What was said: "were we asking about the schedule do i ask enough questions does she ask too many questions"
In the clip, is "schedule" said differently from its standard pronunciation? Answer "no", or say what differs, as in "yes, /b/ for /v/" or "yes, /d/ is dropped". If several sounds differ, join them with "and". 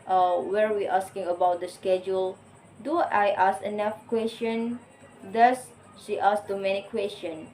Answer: no